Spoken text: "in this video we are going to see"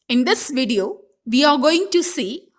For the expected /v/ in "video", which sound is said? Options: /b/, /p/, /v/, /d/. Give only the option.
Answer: /v/